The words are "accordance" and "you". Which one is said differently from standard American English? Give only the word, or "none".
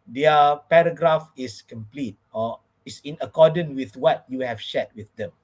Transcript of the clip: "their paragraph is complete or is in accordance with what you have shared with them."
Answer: accordance